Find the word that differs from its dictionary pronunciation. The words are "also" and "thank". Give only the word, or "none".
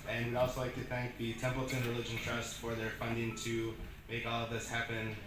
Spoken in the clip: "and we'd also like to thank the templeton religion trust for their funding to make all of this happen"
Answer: none